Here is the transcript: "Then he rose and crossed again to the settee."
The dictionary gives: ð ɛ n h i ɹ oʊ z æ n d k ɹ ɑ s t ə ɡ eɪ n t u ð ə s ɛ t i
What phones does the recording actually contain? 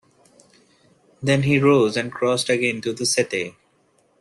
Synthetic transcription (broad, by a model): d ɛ n h i ɹ oʊ z æ n d k ɹ ɑ s t ə ɡ eɪ n t u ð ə s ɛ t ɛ